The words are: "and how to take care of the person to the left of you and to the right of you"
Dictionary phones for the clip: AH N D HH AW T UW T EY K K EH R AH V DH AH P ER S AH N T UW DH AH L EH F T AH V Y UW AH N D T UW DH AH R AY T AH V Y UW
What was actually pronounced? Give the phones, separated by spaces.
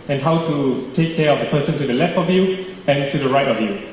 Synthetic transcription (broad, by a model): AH N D HH AW T UW T EY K K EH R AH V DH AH P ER S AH N T UW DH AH L EH F T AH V Y UW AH N T UW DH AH R AY T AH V Y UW